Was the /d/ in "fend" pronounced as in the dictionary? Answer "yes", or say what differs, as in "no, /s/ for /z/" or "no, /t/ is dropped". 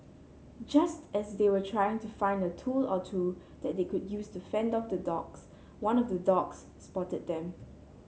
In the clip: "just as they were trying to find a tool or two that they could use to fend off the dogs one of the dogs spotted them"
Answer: yes